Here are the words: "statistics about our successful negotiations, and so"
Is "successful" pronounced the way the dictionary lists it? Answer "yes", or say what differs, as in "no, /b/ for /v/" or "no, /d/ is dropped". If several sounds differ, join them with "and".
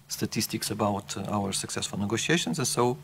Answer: yes